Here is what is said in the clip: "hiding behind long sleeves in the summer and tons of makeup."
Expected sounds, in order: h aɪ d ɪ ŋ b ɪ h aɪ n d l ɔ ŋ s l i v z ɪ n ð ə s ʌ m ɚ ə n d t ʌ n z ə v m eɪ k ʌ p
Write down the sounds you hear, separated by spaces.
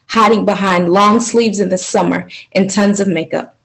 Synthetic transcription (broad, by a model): h aɪ d ɪ ŋ b ɪ h aɪ n d l ɔ ŋ s l i v z ɪ n ð ə s ʌ m ɚ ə n t ʌ n z ə v m eɪ k ʌ p